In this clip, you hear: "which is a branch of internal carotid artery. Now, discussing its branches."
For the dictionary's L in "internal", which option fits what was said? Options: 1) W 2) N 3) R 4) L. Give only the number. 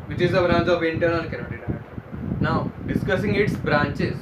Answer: 2